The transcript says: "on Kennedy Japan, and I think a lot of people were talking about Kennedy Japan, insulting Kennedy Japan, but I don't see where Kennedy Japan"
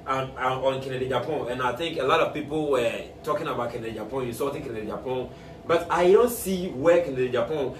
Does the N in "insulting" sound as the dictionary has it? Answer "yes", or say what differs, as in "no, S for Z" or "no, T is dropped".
no, N is dropped